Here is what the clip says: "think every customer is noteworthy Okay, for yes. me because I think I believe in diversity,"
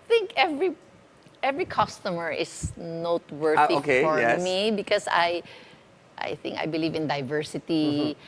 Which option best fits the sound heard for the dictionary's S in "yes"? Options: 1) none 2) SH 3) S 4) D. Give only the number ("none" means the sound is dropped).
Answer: 1